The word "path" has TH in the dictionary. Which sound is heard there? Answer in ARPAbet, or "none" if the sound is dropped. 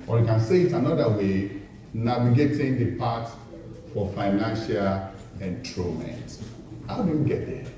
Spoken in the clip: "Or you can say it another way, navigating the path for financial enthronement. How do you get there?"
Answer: T